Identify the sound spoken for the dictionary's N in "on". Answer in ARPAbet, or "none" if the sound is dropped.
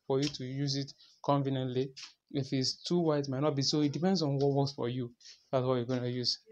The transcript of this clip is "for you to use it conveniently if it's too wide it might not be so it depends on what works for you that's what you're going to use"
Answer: N